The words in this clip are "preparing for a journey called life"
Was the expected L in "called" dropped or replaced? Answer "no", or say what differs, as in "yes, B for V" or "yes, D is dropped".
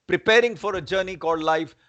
yes, L is dropped